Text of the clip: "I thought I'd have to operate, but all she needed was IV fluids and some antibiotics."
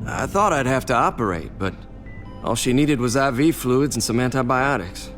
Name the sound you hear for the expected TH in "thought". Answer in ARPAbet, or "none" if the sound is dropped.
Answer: TH